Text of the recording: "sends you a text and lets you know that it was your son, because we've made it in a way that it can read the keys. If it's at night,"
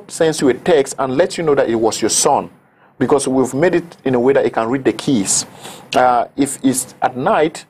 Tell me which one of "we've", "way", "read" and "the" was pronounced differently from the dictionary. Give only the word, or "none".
none